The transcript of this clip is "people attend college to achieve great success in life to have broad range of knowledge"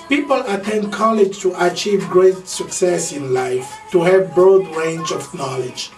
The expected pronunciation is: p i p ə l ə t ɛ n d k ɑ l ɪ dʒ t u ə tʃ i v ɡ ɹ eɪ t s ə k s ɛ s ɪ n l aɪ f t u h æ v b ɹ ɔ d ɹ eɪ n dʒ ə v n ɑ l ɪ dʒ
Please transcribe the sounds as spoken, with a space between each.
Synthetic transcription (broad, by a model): p i p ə l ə t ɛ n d k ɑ l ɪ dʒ t u ə tʃ i v ɡ ɹ eɪ t s ə k s ɛ s ɪ n l aɪ f t u h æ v b ɹ ɔ d ɹ eɪ n dʒ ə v n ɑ l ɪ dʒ